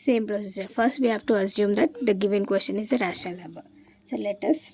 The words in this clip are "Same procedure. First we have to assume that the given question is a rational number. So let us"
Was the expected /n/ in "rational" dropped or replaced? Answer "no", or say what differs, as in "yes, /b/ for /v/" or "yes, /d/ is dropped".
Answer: yes, /n/ is dropped